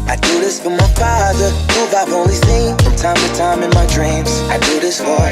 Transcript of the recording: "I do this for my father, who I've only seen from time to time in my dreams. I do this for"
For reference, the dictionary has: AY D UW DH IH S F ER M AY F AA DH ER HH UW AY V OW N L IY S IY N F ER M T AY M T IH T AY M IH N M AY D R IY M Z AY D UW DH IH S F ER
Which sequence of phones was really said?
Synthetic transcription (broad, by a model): AY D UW DH IH S F ER M AY F AA DH ER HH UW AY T OW L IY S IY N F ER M T AY M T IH T AY M IH N M AY D R IY M Z AY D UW DH IH S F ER